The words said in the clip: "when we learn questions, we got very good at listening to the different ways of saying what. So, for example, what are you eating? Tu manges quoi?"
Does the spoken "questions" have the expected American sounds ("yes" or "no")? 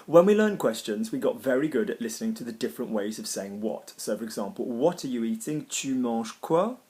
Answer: yes